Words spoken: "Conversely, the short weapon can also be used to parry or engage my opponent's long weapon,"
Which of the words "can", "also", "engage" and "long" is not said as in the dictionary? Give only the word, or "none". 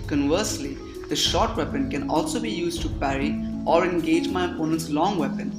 none